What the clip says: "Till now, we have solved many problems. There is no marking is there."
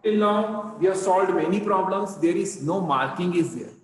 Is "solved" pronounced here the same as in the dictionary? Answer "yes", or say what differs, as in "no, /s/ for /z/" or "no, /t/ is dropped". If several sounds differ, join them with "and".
no, /v/ is dropped